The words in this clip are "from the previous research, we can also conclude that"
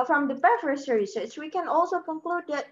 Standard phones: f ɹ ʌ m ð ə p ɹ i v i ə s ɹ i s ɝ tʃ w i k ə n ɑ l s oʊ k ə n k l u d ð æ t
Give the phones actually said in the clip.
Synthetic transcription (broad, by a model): f ɹ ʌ m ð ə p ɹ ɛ f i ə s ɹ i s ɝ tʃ w i k ə n ɑ l s oʊ k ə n k l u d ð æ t